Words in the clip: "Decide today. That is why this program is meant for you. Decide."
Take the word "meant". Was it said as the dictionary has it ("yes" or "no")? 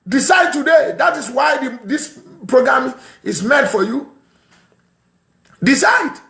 no